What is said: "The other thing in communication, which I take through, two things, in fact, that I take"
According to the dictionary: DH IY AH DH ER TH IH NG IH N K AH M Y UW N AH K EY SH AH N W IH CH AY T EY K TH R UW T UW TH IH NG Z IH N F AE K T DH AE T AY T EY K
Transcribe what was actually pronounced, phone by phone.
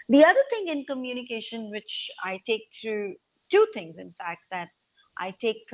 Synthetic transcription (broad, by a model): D IY AH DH ER T IH NG IH N K AH M Y UW N AH K EY SH AH N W IH CH AY T EY K T R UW T UW T IH NG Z IH N F AE K T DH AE T AY T EY K